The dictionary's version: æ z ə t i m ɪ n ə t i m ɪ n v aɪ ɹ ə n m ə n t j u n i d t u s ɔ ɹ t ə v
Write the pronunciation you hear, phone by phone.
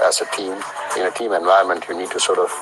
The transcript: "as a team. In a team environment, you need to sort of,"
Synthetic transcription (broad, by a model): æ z ə t i m ɪ n ə t i m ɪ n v aɪ ə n m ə n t j u n i d t u s ɔ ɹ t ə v